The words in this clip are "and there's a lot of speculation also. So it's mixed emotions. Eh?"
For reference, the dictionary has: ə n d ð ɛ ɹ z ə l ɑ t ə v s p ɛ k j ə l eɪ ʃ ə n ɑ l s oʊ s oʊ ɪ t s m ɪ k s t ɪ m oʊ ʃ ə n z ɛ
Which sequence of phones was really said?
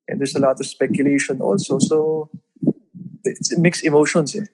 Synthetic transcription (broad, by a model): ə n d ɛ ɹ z ə l ɑ t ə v s p ɛ k j ə l eɪ ʃ ə n ɑ l s oʊ s oʊ ɪ t s m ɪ k s ɪ m oʊ ʃ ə n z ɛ